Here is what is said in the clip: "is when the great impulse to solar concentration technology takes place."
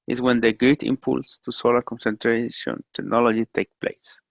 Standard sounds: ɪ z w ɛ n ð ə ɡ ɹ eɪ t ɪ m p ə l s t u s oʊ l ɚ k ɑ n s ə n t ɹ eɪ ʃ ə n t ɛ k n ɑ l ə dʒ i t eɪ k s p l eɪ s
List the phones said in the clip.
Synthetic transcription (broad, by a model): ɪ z w ɛ n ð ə ɡ ɹ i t ɪ m p ə l s t u s oʊ l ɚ k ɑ n s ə n t ɹ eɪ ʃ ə n t ɛ k n ɑ l ə dʒ i t eɪ k p l eɪ s